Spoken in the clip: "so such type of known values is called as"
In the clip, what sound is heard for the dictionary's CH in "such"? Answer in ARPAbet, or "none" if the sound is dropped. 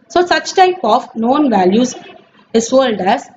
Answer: CH